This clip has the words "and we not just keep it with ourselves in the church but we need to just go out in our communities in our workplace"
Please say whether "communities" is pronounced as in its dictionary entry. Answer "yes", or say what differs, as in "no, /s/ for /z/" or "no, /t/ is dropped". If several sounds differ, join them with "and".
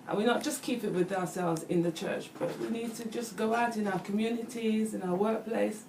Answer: yes